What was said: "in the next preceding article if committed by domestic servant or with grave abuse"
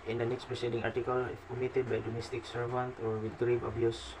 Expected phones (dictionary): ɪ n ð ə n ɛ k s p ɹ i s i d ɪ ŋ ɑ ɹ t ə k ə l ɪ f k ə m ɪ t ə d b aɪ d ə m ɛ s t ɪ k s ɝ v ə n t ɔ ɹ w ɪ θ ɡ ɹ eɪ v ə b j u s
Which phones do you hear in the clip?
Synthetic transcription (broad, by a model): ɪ n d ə n ɛ k s p ɹ i s i d ɪ ŋ ɑ ɹ t ə k ə l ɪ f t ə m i t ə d b aɪ d ə m ɛ s t ɪ k s ɝ v ə n t ɔ ɹ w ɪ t ɹ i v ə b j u s